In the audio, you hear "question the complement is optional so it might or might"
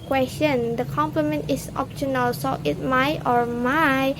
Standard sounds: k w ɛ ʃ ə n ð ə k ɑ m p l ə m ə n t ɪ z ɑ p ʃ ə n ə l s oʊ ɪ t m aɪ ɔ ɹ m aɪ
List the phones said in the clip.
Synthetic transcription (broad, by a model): k w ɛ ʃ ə n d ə k ɑ m p l ə m ə n t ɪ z ɑ p ʃ ə n ə l s oʊ ɪ t m aɪ ɔ ɹ m aɪ